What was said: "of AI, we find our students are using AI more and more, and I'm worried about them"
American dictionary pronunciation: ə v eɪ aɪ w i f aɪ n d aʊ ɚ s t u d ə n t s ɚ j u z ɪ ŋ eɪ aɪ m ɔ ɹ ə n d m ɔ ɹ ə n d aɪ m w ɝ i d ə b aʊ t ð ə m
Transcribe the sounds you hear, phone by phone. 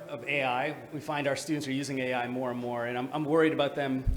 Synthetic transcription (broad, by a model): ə v eɪ aɪ w i f aɪ n d aʊ ɚ s t u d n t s ɚ j u z ɪ ŋ eɪ aɪ m ɔ ɹ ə n m ɔ ɹ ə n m aɪ m w ɝ i d ə b aʊ t ð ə m